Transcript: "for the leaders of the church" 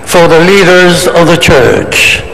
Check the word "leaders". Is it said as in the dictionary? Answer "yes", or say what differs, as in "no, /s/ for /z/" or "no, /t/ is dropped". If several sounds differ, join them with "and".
yes